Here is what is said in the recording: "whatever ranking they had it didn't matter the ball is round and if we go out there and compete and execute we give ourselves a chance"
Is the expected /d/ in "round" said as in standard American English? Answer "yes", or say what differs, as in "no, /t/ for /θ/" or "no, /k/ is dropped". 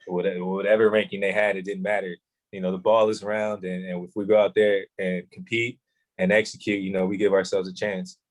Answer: yes